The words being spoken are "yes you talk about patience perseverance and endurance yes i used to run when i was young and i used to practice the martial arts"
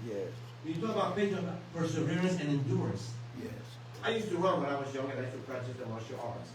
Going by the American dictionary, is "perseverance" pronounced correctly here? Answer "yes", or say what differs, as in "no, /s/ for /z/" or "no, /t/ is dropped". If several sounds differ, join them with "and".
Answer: yes